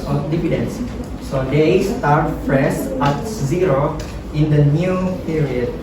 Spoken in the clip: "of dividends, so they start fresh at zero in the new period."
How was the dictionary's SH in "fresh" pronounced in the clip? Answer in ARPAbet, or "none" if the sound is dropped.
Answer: S